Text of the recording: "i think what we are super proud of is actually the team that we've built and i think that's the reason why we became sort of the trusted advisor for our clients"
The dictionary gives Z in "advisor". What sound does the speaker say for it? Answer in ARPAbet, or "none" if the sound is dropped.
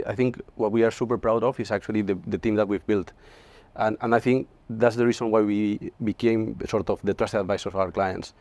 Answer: S